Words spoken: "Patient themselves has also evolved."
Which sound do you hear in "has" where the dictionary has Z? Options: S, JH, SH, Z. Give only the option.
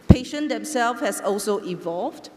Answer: S